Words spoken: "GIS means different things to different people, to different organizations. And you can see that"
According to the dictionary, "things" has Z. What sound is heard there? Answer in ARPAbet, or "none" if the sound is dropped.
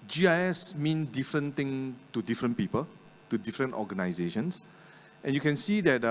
none